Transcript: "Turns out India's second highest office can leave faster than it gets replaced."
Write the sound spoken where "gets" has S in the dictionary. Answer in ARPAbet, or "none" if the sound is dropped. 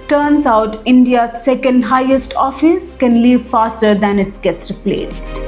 S